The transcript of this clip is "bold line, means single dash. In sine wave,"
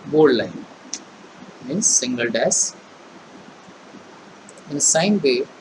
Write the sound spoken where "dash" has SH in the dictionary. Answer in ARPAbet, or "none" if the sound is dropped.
S